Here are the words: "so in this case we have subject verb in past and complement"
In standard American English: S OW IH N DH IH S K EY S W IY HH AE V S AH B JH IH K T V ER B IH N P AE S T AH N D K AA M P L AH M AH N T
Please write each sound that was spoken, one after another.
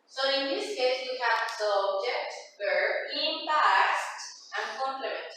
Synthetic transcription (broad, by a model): S OW IH N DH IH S K EY S W IY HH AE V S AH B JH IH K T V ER IH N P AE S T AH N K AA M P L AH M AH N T